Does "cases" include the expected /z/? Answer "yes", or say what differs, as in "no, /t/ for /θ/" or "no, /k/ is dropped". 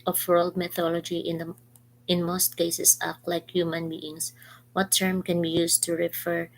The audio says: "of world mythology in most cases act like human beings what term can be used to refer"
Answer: no, /s/ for /z/